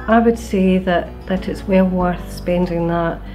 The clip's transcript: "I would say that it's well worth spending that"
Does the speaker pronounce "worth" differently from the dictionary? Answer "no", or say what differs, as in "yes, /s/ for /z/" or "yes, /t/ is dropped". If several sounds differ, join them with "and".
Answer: no